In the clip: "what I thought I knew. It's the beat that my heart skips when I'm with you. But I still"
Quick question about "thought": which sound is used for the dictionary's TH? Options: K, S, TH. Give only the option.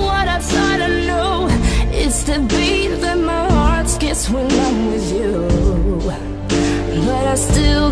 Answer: S